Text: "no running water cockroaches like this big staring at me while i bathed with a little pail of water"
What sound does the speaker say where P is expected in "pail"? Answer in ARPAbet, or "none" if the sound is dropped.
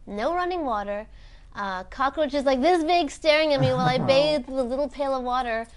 P